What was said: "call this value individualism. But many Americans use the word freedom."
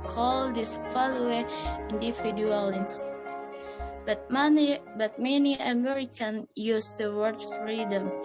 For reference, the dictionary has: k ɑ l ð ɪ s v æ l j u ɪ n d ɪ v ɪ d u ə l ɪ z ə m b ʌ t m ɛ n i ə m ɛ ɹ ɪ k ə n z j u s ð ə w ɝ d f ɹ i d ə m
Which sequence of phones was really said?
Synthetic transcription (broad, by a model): k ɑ l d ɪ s f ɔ l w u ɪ n d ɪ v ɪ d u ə l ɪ s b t b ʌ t m ɛ n i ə m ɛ ɹ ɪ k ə n j u s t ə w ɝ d f ɹ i d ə m